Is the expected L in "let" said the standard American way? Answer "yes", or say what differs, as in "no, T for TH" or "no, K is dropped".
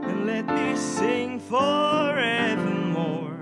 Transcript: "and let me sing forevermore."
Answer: yes